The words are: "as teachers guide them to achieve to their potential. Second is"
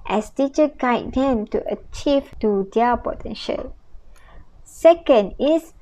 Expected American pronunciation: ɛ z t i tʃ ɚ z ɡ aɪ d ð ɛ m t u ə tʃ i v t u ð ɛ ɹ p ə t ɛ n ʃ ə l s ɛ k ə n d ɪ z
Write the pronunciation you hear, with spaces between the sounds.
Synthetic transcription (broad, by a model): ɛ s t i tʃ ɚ ɡ aɪ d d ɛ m t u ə tʃ i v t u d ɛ p ə t ɛ n ʃ ə l s ɛ k ə n d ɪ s